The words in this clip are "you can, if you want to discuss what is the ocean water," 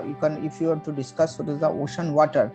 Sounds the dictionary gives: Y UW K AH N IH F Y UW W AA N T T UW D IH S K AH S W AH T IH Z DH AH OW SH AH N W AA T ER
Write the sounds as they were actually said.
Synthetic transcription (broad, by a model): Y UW K AH N IH F Y UW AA T T UW D IH S K AH S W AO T IH Z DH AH OW SH AH N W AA T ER